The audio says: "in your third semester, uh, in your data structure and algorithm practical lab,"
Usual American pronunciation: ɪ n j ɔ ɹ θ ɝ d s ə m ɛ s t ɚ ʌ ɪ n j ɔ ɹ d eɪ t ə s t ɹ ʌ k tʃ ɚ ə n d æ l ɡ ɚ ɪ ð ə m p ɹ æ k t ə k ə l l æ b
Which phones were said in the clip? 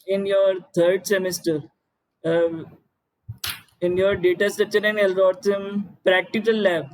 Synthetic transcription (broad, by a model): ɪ n j ɔ ɹ t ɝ d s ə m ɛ s t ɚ ɪ n j ɔ ɹ d eɪ t ə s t ʌ tʃ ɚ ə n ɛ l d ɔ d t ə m p ɹ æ k t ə k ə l l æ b